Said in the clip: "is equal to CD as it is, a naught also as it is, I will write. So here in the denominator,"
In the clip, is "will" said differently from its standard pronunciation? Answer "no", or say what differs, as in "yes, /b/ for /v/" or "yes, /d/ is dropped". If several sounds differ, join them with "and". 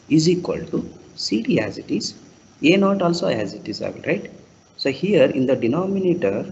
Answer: yes, /n/ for /l/